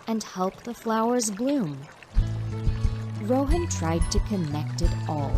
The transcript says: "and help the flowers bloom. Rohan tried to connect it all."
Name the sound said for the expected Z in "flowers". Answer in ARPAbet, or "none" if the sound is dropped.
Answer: Z